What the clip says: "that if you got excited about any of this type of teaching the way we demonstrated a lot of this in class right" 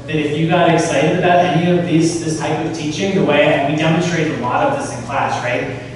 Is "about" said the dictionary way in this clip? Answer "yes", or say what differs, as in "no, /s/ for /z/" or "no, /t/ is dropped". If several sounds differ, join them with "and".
yes